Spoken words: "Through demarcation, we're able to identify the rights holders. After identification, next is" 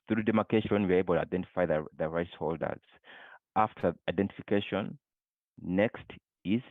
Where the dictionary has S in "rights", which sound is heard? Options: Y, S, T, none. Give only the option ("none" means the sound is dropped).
S